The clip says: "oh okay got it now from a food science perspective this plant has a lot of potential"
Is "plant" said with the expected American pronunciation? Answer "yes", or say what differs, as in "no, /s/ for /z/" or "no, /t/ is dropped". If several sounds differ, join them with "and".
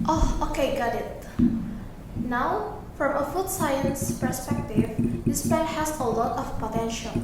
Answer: no, /l/ is dropped